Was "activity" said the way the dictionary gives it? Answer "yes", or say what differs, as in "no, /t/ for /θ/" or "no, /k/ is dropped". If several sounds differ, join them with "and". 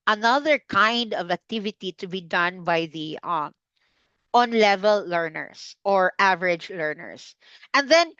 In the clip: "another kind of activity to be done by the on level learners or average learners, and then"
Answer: yes